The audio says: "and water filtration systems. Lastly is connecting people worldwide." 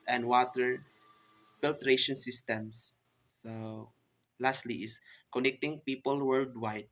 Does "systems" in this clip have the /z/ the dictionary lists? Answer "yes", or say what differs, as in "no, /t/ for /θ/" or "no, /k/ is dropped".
no, /s/ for /z/